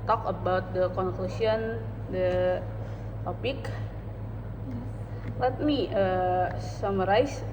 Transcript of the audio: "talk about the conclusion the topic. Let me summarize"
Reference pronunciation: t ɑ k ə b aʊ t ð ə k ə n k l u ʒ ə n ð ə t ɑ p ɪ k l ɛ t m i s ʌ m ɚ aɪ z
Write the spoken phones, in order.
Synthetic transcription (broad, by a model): t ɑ k ə b aʊ t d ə k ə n k l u s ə n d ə t ɑ p ɪ k l ɛ t m i s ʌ m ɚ aɪ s